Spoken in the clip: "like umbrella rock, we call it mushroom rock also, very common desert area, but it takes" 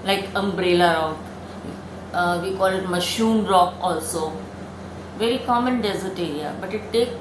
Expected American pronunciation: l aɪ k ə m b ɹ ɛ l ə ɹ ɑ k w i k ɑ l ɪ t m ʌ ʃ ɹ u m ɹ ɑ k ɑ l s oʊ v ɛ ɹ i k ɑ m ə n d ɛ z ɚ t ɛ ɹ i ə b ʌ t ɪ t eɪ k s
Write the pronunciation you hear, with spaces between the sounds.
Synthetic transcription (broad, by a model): l aɪ k ə m b ɹ ɛ l ə ɹ ɑ k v i k ɑ l ɪ t m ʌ ʃ u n ɹ ɑ k ɑ l s oʊ v ɛ ɹ i k ɑ m ə n d ɛ z ɚ t ɛ ɹ i ə b ʌ t ɪ t eɪ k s